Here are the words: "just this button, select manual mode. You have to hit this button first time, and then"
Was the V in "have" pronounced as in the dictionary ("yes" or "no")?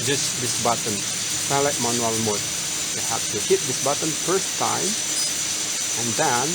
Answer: no